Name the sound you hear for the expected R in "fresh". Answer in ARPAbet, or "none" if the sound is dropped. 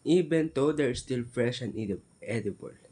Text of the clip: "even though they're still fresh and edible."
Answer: R